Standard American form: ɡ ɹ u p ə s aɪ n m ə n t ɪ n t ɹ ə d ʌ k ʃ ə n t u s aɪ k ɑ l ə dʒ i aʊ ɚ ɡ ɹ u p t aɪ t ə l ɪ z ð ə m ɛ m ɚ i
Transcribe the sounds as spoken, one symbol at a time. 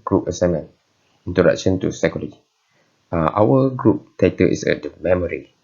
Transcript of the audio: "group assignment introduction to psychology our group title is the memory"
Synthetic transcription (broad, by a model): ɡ ɹ u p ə s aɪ m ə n ɪ n t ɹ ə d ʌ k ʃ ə n t u s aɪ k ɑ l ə i aʊ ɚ ɡ ɹ u p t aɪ t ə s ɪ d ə m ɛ m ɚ i